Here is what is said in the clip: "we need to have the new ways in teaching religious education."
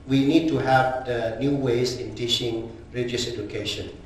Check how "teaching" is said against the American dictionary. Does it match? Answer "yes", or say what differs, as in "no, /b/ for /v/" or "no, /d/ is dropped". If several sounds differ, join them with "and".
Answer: no, /ʃ/ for /tʃ/